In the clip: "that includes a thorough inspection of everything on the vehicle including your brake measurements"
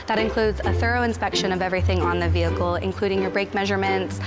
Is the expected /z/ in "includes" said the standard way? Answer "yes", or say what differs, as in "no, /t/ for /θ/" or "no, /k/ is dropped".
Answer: yes